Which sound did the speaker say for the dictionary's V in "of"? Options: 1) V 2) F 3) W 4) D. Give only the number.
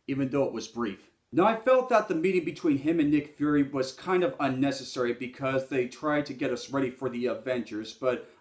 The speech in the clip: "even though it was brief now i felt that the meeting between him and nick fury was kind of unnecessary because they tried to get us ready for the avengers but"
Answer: 1